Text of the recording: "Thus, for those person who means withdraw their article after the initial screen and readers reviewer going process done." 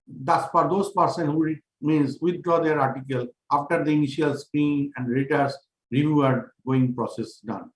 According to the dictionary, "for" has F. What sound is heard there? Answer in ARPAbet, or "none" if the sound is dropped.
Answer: P